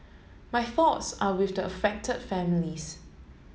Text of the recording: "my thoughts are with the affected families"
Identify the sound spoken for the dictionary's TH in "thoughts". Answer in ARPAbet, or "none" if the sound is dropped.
TH